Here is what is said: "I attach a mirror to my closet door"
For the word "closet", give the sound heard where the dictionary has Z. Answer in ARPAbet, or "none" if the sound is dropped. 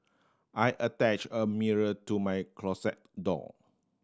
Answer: S